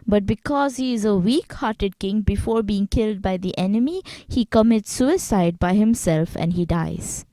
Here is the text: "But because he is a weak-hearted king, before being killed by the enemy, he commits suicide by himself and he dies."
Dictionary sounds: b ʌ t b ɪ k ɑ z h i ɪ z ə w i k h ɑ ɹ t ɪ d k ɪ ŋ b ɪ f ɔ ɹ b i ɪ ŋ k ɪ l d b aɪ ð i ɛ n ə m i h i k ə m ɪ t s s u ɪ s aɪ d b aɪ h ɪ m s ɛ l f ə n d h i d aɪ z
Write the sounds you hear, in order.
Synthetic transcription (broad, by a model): b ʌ t b ɪ k ɑ z h i ɪ z ə w i k h ɑ ɹ t ɪ d k ɪ ŋ b ɪ f ɔ ɹ b i ɪ ŋ k ɪ l d b aɪ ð i ɛ n ə m i h i k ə m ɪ t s s u ɪ s aɪ d b aɪ h ɪ m s ɛ l f ə n d h i d aɪ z